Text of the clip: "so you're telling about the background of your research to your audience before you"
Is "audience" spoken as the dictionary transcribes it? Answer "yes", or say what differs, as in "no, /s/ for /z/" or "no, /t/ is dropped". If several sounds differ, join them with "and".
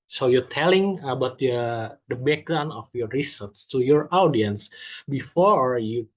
yes